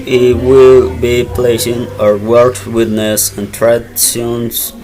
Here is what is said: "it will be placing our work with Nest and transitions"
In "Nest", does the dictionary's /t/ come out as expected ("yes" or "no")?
no